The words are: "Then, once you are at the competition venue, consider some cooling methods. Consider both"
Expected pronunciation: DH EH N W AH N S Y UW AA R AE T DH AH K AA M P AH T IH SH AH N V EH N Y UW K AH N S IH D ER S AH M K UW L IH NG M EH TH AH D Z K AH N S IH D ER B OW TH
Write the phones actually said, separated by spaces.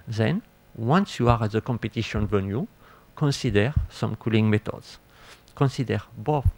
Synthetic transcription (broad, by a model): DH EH N W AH N S Y UW AA R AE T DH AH K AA M P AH T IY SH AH N V EH N Y UW K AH N S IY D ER S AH M K UW L IH NG M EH T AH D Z K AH N S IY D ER B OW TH